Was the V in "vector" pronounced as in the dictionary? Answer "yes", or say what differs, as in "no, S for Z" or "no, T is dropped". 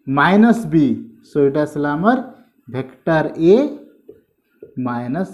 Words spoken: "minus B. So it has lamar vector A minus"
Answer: no, B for V